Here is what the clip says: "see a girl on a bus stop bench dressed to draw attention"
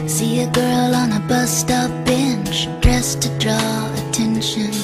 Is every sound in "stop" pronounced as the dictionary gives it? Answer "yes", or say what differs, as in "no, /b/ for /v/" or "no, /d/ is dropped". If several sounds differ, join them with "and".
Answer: no, /f/ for /p/